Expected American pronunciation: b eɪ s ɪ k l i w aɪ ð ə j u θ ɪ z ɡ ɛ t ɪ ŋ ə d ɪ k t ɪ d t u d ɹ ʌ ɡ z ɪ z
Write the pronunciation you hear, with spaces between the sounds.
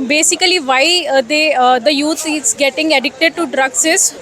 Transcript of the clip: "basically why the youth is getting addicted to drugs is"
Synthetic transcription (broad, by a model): b eɪ s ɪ k l i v aɪ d ə j u t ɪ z ɡ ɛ t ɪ ŋ ə d ɪ k t ɪ d t u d ɹ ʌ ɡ s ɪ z